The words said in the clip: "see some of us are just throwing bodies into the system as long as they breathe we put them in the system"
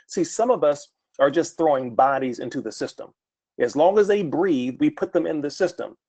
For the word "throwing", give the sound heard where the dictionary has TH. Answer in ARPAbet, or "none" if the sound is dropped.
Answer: TH